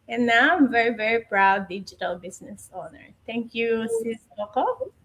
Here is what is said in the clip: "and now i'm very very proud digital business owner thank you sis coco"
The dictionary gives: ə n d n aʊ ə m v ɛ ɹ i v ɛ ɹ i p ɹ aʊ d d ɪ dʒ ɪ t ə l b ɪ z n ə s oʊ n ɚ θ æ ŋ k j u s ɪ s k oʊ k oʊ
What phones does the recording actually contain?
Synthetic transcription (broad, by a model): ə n n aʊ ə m v ɛ ɹ i v ɛ ɹ i p ɹ aʊ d d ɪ dʒ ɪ t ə l b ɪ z n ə s oʊ n ɚ t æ ŋ k j u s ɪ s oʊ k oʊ